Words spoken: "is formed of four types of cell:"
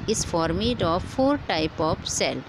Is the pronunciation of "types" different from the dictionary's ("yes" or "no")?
yes